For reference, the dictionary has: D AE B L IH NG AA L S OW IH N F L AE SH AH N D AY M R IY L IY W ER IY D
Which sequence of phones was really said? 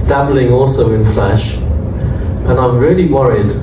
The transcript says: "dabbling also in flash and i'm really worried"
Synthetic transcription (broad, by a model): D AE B L IH NG AA L S OW IH N F L AE SH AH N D AY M R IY L IY W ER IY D